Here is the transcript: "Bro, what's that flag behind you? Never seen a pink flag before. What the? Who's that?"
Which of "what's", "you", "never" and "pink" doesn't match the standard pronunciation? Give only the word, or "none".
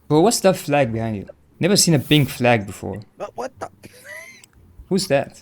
pink